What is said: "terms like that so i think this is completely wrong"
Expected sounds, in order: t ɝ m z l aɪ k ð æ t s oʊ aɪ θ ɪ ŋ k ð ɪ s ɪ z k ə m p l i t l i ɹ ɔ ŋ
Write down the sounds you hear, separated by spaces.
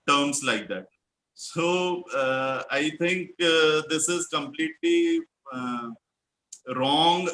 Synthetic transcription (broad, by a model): t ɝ m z l aɪ k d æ t s oʊ aɪ t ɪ ŋ k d ɪ s ɪ z k ə m p l i t l i ɹ ɔ ŋ